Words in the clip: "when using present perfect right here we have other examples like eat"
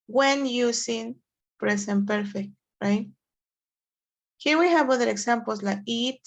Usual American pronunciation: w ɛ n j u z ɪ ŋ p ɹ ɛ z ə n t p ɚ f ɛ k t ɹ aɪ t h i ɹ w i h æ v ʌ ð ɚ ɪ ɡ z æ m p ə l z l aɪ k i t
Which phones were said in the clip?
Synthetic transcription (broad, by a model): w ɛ n j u s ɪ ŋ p ɹ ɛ s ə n p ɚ f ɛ k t ɹ aɪ t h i w i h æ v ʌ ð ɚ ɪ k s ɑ m p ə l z l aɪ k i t